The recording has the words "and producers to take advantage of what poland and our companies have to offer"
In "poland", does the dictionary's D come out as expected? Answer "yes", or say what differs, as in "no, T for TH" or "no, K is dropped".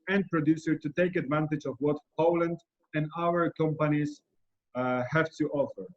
yes